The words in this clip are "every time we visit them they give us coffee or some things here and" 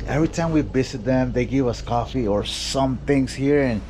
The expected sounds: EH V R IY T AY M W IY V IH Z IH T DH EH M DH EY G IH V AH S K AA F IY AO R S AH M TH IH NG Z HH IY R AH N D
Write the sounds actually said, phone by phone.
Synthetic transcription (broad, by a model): EH V R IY T AY M W IY B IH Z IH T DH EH M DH EY G IH V AH S K AA F IY AO R S AH M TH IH NG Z HH IY R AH N